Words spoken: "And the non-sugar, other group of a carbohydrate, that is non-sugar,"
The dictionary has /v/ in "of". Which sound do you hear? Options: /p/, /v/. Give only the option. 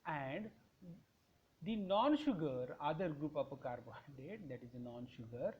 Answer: /p/